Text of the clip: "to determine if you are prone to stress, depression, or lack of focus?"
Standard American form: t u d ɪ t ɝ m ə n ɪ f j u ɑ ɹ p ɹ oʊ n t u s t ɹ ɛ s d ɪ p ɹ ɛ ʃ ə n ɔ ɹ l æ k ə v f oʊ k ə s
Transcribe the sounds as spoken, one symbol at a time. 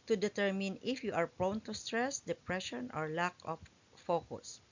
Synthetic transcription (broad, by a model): t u d ɪ t ɝ m ə n ɪ f j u ɑ ɹ p ɹ oʊ n t u s t ɹ ɛ s d ɪ p ɹ ɛ ʃ ə n ɔ ɹ l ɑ k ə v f oʊ k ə s